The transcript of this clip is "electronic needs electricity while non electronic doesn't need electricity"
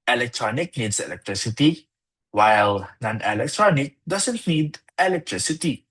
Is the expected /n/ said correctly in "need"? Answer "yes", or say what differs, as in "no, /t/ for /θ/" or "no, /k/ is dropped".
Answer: yes